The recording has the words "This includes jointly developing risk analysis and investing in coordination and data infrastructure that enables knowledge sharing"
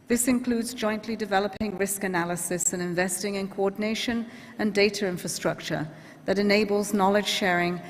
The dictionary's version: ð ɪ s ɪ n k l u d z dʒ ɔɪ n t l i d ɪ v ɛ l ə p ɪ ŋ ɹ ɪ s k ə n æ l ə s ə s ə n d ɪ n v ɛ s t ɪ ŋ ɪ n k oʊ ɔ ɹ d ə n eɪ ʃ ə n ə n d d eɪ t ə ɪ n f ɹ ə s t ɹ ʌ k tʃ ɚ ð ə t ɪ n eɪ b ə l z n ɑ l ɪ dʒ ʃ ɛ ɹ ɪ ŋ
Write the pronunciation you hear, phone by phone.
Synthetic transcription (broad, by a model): ð ɪ s ɪ n k l u d z dʒ ɔɪ n t l i d ɪ v ɛ l ə p ɪ ŋ ɹ ɪ s k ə n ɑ l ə s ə s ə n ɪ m v ɛ s t ɪ ŋ ɪ n k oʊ ɔ d n eɪ ʃ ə n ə n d d eɪ t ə ɪ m f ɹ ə s t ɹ ʌ k tʃ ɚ ð ə t ɪ n eɪ b ə l z n ɑ l ɪ dʒ ʃ ɛ ɹ ɪ ŋ